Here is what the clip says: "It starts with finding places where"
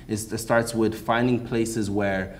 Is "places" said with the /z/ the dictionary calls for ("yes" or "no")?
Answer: yes